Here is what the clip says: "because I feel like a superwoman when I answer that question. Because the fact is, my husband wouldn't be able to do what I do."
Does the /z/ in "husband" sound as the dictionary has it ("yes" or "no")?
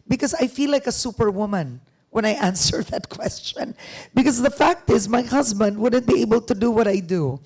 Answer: yes